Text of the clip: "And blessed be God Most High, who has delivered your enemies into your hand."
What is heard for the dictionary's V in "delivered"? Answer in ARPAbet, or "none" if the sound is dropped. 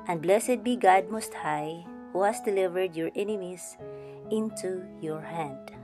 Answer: V